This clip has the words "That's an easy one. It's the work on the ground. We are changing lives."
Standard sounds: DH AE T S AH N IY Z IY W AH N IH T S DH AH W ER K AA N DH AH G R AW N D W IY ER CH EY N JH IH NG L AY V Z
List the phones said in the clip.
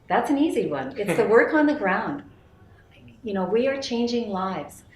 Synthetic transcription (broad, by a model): DH AE T S N IY Z IY W AH N IH T S DH AH W ER K N DH AH G R AW N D W IY ER CH EY N JH IH NG L AY V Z